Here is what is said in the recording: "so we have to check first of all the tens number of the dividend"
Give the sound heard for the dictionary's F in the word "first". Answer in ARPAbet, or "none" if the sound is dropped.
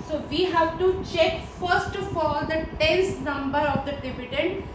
F